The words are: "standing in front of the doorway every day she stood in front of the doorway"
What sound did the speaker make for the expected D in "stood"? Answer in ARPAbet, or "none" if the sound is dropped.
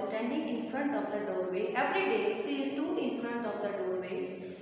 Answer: none